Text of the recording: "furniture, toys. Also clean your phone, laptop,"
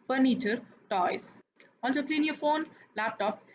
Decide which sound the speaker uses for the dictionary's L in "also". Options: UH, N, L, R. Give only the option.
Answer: N